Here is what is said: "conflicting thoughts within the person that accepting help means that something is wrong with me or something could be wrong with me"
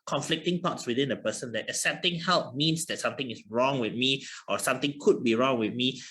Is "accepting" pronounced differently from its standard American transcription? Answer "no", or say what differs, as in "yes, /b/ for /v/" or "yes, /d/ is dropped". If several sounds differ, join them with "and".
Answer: yes, /k/ is dropped